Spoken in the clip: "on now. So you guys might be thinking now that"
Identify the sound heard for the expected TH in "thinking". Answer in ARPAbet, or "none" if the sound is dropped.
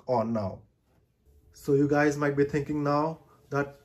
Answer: T